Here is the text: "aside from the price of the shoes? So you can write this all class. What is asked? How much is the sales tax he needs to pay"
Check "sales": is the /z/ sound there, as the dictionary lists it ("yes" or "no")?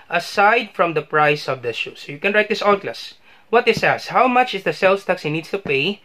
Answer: no